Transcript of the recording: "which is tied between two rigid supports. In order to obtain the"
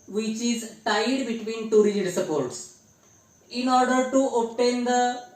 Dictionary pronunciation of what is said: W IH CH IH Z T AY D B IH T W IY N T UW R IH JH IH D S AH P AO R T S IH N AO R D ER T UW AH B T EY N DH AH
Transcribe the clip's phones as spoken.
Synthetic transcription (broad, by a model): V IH CH IH Z T AY D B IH T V IY N T UW R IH IH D S AH P AO R T S IH N AO R D ER T UW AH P T EY N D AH